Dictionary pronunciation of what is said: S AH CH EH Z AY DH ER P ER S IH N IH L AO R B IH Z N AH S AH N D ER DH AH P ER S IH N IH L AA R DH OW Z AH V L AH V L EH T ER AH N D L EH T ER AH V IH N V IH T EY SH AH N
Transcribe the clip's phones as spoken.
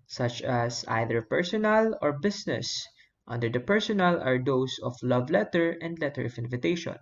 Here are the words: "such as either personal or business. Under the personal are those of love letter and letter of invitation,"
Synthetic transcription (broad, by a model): S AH CH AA S AY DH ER P ER S IH N IH L AO R B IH S N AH S AH N D ER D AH P ER S IH N IH L AA R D OW S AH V L AH V L EH T ER AH N D L EH T ER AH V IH N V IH T EY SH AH N